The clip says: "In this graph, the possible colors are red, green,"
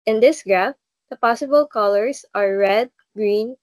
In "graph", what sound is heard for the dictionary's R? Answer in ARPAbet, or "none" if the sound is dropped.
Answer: R